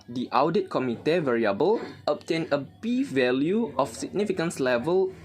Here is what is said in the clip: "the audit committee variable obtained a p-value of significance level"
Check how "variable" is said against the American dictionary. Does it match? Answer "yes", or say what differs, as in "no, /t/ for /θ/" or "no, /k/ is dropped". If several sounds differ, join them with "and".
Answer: yes